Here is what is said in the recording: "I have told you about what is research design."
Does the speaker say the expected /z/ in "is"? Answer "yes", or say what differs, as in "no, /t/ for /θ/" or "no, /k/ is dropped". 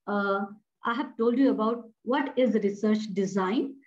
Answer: yes